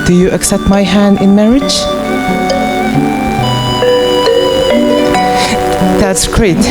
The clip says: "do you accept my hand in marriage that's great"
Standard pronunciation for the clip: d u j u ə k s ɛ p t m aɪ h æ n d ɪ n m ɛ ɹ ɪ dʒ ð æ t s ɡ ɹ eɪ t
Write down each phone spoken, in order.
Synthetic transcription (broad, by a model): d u j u ə k s ɛ p t m aɪ h æ n d ɪ n m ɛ ɹ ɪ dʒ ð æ t s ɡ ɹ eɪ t